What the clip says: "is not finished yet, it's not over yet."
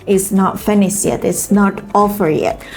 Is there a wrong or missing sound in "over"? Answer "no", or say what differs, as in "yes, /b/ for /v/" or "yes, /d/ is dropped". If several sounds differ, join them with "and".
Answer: yes, /f/ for /v/